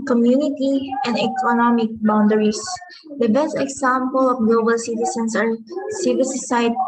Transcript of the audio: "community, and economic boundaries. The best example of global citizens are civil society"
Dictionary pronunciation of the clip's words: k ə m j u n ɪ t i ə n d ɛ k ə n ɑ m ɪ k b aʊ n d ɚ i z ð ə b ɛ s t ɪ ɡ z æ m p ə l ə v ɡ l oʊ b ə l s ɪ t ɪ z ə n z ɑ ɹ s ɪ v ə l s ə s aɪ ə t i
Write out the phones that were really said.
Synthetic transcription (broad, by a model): k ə m j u n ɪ t i ə n d ɛ k ə n ɑ m ɪ k b aʊ n d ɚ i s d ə b ɛ s t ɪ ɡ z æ m p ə l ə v ɡ l oʊ b ə l s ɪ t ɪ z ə n s ɑ ɹ s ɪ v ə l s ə s aɪ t